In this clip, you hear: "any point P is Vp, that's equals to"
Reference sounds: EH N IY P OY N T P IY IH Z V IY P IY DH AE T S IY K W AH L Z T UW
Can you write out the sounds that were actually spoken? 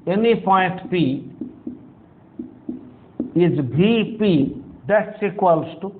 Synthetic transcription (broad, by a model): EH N IY P OY N T P IY IH Z B IY P IY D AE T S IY K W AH L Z T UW